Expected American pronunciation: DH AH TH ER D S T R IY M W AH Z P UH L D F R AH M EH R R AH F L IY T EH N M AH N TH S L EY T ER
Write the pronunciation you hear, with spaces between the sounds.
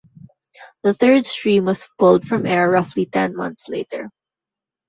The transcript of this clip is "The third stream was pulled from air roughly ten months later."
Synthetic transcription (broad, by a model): DH AH TH ER D S T R IY M W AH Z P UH L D F R AH M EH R R AH F L IY T EH N M AH N TH S L EY T ER